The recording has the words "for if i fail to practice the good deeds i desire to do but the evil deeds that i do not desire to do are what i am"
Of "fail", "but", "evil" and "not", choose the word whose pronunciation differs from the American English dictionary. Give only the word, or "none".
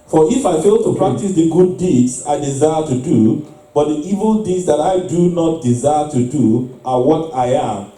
none